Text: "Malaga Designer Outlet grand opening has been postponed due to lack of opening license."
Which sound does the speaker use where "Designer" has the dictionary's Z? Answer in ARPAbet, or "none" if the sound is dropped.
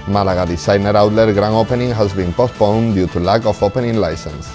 S